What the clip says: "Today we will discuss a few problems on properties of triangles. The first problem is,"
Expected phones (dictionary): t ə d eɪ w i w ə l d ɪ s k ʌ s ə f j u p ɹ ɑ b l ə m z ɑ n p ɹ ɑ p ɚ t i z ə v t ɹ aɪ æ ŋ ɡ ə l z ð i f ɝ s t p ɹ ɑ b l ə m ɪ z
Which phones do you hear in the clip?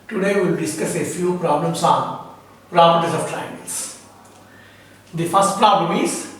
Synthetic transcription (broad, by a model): t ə d eɪ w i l d ɪ s k ʌ s ə f j u p ɹ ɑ b l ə m s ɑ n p ɹ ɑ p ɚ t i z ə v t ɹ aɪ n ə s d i f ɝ s t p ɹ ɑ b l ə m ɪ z